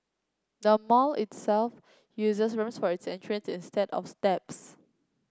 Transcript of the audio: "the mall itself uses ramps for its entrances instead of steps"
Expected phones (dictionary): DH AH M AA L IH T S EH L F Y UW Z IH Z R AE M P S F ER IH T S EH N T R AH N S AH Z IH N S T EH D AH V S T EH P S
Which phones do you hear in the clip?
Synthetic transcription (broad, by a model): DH AH M AA L IH T S EH L F Y UW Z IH S R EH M S F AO IH T S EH N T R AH N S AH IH N S T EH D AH F S T EH P S